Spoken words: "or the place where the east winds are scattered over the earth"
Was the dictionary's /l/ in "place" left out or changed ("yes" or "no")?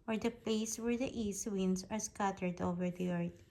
yes